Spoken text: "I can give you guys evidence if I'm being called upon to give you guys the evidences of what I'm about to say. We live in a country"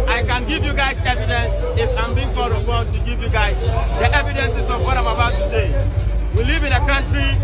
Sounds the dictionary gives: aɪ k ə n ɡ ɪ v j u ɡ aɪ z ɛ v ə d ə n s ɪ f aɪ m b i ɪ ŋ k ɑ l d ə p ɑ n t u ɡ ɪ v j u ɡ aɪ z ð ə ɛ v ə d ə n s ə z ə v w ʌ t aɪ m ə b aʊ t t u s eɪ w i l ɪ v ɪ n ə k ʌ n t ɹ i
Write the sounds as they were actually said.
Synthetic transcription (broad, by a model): aɪ k ə n ɡ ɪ v j u ɡ aɪ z ɛ v ə d ə n s ɪ f aɪ m b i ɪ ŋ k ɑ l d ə b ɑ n t u ɡ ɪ v j u ɡ aɪ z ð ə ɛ v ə d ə n s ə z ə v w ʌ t aɪ m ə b aʊ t t u s eɪ w i l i v ɪ n ə k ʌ n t ɹ i